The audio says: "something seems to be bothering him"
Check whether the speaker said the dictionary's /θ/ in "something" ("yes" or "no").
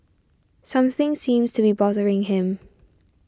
yes